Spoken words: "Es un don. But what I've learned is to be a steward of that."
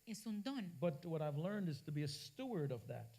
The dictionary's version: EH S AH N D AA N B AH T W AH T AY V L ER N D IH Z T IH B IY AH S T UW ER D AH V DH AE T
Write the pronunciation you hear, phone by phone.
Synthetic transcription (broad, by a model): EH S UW N D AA N B AH T W AH T AY V L ER N D IH Z T IH B IY AH S T UW ER D AH V DH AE T